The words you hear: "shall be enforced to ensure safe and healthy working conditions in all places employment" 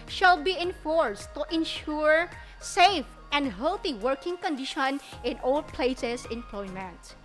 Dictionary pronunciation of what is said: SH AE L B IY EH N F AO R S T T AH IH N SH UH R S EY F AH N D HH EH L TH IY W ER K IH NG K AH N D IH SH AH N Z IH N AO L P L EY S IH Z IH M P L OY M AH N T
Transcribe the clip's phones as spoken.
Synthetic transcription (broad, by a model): SH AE L B IY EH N F AO R S T T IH N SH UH R S EY F AH N D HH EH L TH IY W ER K IH NG K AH N D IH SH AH N IH N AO L P L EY S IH S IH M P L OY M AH N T